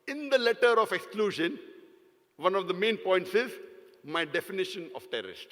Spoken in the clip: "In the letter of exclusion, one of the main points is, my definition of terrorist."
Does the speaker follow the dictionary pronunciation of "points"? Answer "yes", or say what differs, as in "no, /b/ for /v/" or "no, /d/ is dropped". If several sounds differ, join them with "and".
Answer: yes